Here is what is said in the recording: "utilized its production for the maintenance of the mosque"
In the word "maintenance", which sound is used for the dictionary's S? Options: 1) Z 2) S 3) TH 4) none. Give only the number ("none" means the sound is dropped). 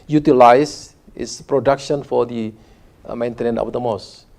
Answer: 4